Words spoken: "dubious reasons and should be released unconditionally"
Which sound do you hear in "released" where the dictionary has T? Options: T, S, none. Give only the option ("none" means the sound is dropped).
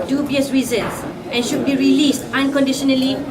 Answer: T